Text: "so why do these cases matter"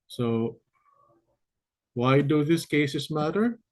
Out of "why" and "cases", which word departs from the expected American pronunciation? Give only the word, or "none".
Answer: cases